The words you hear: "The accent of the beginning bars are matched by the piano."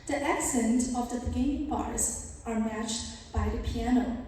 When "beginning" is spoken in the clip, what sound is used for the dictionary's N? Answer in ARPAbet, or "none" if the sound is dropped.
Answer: none